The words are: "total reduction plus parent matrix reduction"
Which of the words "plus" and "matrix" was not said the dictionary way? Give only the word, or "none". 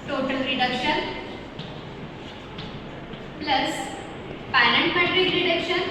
matrix